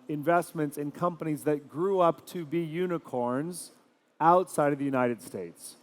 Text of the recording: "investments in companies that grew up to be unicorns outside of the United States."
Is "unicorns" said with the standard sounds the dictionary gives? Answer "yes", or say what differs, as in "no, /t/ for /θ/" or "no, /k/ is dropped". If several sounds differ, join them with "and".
yes